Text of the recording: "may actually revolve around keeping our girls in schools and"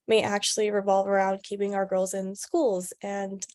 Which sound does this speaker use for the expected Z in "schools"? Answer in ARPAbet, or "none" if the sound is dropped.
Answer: Z